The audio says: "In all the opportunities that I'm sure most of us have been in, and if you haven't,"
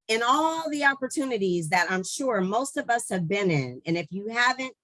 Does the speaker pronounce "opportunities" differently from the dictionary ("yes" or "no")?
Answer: no